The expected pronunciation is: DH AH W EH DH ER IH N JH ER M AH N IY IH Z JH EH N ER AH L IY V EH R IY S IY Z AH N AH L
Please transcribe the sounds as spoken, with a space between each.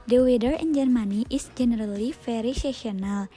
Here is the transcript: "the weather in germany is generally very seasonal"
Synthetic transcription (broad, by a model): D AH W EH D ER IH N JH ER M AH N IY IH S JH EH N ER AH L IY F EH R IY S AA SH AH N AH L